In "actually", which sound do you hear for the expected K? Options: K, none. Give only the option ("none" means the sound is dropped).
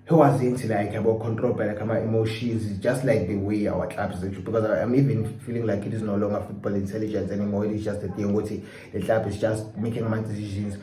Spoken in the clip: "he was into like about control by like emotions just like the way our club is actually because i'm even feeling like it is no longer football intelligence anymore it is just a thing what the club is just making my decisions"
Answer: none